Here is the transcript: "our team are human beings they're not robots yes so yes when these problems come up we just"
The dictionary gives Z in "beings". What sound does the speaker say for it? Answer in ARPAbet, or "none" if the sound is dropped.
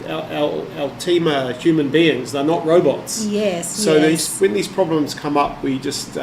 Z